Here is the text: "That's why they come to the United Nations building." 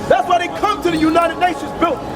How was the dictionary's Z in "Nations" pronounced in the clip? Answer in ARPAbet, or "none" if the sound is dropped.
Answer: Z